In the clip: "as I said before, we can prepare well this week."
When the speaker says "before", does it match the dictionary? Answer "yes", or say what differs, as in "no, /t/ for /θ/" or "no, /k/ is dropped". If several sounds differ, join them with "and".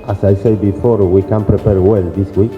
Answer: yes